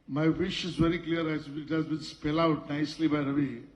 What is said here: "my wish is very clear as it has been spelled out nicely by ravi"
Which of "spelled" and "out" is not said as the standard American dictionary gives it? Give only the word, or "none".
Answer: spelled